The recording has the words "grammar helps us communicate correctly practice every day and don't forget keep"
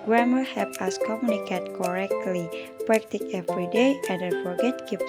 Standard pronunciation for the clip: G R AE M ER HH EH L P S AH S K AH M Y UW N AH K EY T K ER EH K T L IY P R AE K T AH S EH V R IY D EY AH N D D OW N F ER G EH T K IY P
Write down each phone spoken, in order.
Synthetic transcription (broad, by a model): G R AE M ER HH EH P AH S K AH M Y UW N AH K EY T K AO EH K T L IY P R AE K T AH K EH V R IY D EY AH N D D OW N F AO G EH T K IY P